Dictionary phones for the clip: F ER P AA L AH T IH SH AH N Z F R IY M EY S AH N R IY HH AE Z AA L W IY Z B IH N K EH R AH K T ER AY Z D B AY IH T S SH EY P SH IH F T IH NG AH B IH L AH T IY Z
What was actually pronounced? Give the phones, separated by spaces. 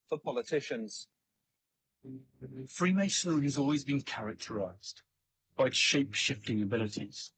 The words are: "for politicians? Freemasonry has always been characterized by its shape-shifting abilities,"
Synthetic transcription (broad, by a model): F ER P AA L AH T IH SH AH N Z F R IY M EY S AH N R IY Z AA L W IY Z B IH N K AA R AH K T ER AY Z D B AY IH SH EY P SH IH F T IH NG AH B IH L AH T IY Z